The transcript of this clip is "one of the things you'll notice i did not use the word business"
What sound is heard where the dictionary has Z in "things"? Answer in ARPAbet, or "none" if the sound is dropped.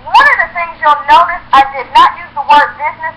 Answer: Z